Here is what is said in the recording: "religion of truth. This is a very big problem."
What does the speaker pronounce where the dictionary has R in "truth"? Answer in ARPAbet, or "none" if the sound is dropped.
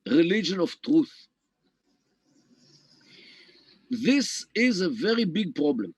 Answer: R